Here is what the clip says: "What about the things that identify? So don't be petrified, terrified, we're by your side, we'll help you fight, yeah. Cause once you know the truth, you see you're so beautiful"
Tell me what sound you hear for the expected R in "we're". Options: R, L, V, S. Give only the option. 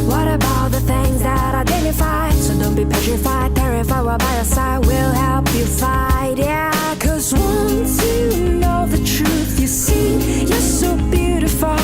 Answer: L